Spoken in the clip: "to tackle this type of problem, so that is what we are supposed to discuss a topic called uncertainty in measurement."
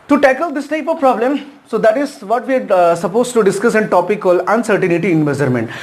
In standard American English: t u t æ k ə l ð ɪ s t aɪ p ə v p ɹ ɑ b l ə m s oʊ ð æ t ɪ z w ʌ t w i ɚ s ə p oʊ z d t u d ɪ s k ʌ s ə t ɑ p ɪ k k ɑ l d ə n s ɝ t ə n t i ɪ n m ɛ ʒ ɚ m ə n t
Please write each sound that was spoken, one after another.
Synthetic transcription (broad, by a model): t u t æ k ə l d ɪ s t aɪ p ə v p ɹ ɑ b l ə m s oʊ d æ t ɪ z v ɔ t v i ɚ s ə p oʊ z t u d ɪ s k ʌ s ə t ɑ p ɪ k k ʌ l ə n s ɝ t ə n t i ɪ n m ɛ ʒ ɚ m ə n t